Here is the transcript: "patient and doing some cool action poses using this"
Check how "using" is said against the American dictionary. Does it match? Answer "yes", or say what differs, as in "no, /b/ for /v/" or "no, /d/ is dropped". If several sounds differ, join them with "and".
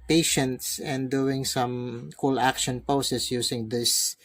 no, /s/ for /z/